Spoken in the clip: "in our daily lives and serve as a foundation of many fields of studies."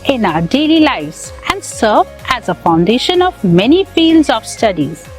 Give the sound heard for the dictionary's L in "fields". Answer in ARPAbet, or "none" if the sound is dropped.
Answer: L